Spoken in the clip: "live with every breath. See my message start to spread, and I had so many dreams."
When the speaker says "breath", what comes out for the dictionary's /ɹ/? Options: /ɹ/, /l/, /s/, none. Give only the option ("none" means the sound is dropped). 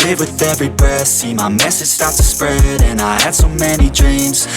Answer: none